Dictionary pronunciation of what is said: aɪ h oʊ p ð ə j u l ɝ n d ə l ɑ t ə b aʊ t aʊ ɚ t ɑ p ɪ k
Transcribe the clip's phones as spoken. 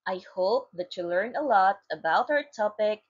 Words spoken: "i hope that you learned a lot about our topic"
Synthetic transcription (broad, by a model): aɪ h oʊ p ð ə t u l ɝ n ə l ɑ t ə b aʊ t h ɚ t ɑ p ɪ k